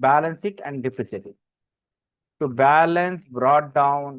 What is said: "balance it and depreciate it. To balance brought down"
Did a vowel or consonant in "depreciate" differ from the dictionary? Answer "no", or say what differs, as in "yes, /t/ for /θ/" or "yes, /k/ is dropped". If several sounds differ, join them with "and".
yes, /s/ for /ʃ/